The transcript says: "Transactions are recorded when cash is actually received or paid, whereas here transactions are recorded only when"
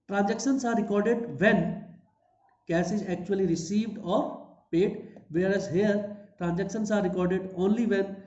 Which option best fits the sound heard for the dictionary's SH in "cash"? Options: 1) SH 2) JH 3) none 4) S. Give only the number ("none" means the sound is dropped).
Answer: 4